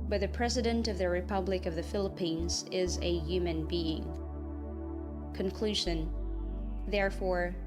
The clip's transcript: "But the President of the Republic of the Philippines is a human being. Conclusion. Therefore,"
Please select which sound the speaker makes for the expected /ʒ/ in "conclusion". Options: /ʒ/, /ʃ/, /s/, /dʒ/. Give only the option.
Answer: /ʒ/